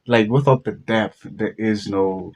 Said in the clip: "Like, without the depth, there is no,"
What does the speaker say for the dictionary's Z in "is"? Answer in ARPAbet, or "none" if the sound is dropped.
Z